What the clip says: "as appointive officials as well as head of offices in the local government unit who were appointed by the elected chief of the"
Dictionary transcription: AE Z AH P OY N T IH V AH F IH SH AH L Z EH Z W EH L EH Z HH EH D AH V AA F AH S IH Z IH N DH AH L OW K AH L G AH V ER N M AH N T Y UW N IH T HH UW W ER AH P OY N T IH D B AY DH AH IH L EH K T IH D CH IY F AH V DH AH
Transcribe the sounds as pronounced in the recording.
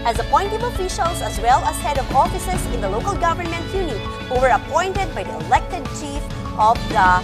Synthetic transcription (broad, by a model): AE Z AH P OY N T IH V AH F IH SH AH L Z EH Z W EH L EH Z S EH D AH V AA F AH S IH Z IH N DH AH L OW K AH L G AH V ER N M AH N T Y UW N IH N HH UW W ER AH P OY N T IH D B AY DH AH IH L EH K T IH D CH IY F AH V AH